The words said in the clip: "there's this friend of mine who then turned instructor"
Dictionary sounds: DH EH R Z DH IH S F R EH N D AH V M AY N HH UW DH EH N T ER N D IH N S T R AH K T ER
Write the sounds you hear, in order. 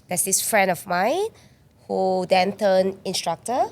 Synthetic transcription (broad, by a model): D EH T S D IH S F R EH N D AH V M AY N HH UW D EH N T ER N IH N S T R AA K T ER